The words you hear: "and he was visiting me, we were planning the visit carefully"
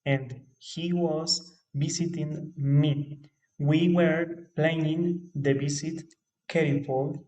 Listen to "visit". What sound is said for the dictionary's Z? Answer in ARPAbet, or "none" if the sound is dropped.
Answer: S